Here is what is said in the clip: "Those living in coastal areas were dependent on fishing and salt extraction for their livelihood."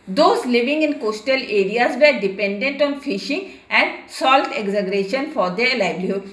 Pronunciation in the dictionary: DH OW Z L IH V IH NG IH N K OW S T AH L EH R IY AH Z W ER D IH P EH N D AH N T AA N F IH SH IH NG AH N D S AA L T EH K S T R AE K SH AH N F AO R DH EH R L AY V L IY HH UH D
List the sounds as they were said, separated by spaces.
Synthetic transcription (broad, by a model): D OW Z L IH V IH NG IH N K OW S T AH L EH R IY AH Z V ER D IH P EH N D AH N T AA N F IH SH IH NG AH N D S AA L T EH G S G R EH SH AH N F AO R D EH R L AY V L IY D